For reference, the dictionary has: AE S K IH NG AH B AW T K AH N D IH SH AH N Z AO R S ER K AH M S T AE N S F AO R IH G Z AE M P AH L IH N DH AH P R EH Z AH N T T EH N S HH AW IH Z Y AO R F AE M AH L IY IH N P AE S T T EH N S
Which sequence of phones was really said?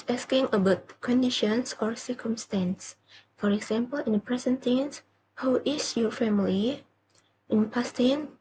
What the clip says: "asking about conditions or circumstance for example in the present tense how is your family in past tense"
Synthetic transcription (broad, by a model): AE S K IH NG AH B AW T K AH N D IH SH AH N S AO R S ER K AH M S T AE N S F AO R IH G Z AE M P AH L IH N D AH P R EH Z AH N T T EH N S HH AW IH S Y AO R F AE M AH L IY IH N P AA S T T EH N